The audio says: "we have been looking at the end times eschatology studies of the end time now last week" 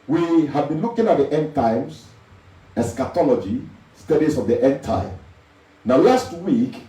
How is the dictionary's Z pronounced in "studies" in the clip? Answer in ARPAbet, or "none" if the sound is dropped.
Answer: S